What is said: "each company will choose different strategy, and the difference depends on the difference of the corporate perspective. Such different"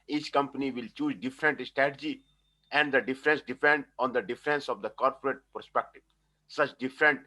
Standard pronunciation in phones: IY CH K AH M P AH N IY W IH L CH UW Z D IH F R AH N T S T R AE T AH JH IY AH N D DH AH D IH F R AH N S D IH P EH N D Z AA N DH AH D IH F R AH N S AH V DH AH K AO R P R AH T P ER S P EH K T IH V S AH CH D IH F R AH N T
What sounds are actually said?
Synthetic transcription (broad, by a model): IY CH K AH M P AH N IY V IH L CH UW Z D IH F R AH N T S T R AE T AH JH IY AH N D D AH D IH F R AH N S D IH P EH N D AA N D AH D IH F R AH N S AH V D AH K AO R P R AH T P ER S P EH K T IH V S AH CH D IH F R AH N T